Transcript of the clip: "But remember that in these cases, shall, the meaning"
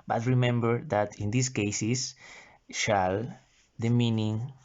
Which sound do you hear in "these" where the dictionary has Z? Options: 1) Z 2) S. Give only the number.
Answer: 2